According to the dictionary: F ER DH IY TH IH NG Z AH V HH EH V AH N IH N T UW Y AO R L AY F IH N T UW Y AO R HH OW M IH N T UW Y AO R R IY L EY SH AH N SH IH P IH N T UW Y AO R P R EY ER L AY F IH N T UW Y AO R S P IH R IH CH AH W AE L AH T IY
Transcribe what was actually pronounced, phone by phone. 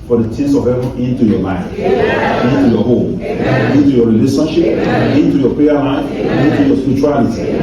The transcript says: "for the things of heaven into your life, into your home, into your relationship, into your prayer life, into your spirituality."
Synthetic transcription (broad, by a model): F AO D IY T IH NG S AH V HH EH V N IH N T UW Y AO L AY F IH N T UW Y AO HH OW M IH N T UW Y AO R R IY L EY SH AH N SH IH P IH N T UW Y AO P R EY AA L AY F IH N T UW Y AO S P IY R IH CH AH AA L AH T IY